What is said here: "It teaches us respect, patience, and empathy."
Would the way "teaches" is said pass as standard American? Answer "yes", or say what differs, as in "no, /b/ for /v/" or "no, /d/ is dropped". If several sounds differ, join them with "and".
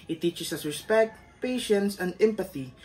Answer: no, /s/ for /z/